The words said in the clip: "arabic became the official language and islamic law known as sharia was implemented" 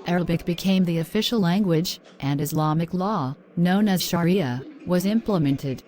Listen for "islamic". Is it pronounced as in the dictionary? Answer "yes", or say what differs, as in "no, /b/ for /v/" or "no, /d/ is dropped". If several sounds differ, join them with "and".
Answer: yes